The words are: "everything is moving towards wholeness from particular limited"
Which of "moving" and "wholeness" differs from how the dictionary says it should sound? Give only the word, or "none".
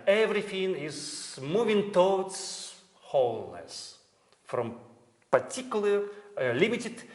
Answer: none